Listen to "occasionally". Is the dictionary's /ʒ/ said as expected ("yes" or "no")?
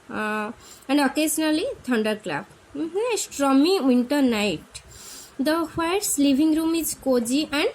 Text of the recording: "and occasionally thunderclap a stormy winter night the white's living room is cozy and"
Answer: no